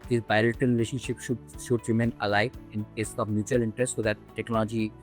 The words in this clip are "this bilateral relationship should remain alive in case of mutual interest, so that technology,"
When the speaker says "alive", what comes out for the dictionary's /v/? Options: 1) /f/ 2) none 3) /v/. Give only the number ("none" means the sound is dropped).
2